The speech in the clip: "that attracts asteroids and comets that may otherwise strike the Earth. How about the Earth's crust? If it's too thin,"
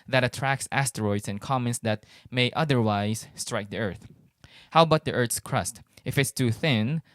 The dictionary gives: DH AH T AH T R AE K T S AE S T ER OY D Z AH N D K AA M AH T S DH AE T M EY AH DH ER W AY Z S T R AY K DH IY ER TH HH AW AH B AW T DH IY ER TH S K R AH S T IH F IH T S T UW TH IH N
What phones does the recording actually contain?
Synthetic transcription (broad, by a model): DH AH T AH T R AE K S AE S T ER OY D S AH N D K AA M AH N S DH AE T M EY AH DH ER W AY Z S T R AY K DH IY ER TH HH AW B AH T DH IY ER TH S K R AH S T IH F IH T S T UW TH IH N